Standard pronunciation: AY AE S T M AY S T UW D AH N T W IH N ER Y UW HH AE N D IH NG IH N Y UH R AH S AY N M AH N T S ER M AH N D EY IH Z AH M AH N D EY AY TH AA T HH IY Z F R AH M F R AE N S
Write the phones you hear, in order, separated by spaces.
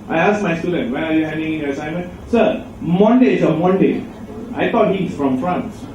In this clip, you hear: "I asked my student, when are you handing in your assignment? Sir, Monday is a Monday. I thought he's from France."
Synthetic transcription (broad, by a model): AY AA S M AY S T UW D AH N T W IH AA Y UW HH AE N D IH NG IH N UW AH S AY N M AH N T S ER M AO N D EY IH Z AH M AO N D EY AY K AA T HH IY S F R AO M F R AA N S